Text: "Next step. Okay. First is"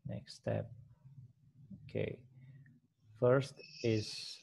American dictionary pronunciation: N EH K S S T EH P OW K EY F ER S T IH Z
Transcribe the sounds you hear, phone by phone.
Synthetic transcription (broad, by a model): N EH K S S T EH P OW K EY F ER S T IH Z